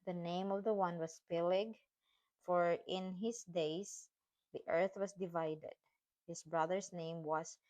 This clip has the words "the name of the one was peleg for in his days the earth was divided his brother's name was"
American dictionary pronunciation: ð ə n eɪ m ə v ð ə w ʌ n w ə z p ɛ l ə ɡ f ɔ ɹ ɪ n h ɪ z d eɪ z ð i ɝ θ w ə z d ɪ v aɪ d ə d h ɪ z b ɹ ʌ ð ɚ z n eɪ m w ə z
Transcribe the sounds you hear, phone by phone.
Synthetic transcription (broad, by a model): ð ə n eɪ m ə v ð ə w ʌ n w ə s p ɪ l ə ɡ f ɔ ɹ ɪ n h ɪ s d eɪ s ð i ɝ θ w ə s d ɪ v aɪ d ə d h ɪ s b ɹ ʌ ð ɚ s n eɪ m w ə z